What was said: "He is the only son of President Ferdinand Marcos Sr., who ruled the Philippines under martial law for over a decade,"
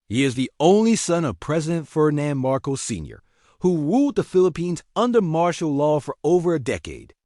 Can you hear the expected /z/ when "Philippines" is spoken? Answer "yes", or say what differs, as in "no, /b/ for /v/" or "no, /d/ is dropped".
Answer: yes